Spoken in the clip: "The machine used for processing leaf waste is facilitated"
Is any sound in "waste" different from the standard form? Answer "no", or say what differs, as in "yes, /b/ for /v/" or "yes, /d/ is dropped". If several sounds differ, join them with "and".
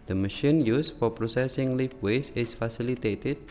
yes, /t/ is dropped